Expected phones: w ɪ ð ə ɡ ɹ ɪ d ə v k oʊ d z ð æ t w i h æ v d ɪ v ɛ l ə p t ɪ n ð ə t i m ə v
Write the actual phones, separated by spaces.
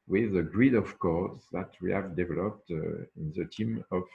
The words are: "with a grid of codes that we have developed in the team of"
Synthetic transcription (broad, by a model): w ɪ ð ə ɡ ɹ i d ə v k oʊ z ð æ t w i h æ v d ɪ v ɛ l ə p t ɪ n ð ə t i m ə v